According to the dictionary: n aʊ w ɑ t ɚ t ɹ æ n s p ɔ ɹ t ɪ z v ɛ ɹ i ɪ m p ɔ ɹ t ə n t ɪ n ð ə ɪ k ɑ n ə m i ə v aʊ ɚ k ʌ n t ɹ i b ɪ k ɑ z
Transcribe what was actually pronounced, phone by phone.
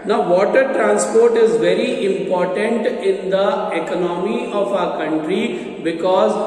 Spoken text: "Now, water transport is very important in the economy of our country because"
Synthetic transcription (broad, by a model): n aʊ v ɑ t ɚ t ɹ æ n s p ɔ ɹ t ɪ z v ɛ ɹ i ɪ m p ɔ ɹ t ə n t ɪ n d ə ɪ k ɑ n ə m i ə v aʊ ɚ k ʌ n t ɹ i b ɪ k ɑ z